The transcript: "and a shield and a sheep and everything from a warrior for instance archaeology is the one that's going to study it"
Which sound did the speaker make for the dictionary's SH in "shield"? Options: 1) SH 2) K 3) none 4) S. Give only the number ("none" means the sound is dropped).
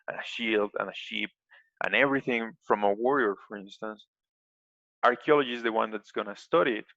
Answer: 1